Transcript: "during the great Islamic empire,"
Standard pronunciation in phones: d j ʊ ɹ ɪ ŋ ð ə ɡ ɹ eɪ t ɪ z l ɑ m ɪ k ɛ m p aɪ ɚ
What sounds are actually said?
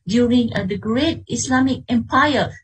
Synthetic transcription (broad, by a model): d j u ɹ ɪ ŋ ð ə ɡ ɹ eɪ t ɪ s l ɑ m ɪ k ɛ m p aɪ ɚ